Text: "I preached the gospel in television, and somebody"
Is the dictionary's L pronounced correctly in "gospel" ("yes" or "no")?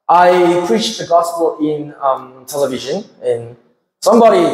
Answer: no